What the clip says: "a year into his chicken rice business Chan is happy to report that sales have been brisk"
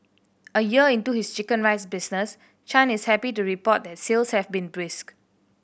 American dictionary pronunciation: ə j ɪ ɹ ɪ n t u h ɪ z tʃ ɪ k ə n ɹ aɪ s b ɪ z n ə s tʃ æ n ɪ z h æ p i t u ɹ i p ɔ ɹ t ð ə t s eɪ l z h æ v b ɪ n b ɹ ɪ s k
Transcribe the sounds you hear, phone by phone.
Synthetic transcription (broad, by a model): ə j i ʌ ɪ n t u h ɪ s tʃ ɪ k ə n ɹ aɪ s b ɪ s n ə s tʃ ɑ n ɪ s h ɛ p i t u ɹ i p ɔ t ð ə t s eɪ l s h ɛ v b ɪ n b ɹ ɪ s k